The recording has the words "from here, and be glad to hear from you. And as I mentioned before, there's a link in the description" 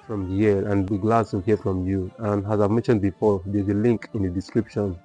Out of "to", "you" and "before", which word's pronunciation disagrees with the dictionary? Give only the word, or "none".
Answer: to